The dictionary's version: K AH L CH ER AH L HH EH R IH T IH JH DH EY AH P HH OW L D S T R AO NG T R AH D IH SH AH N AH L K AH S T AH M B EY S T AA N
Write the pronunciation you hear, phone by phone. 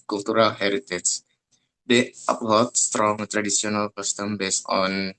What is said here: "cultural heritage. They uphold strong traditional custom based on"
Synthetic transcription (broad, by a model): K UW L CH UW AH L HH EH R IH T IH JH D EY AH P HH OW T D S T R AO NG T R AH D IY S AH N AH L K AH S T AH M B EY S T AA N